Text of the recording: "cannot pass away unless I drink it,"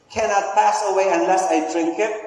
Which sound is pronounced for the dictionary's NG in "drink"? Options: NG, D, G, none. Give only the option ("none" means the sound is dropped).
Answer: NG